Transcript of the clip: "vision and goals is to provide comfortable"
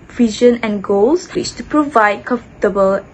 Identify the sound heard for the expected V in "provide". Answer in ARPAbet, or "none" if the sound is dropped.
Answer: V